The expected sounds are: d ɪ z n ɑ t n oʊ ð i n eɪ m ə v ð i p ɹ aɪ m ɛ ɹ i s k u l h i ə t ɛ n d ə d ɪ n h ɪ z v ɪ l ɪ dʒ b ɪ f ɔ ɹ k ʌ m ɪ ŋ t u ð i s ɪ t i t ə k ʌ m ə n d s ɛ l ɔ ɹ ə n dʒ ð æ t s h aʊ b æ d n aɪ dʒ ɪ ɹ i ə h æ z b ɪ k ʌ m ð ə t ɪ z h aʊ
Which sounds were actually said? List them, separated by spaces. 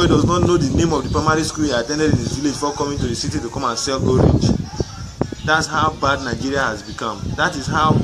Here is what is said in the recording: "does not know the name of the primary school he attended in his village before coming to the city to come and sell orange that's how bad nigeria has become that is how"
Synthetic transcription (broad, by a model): d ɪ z n ɑ t n oʊ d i n eɪ m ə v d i p ɹ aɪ m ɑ ɹ i s k u l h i ə t ɛ n d ə d ɪ n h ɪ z v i l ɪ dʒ f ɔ k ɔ m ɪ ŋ t u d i s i t i t ə k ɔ m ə n s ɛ l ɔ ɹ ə dʒ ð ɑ t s h aʊ b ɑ d n aɪ dʒ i ɹ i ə h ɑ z b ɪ k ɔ m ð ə t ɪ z h aʊ